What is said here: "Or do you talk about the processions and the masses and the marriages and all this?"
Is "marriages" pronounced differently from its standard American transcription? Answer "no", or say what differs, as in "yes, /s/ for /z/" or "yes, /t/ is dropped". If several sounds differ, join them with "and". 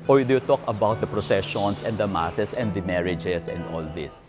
yes, /s/ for /z/